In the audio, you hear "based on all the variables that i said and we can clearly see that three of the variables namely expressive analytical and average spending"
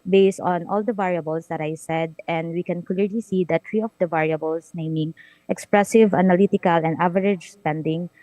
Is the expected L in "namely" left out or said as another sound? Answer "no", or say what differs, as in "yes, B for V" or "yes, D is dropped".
yes, L is dropped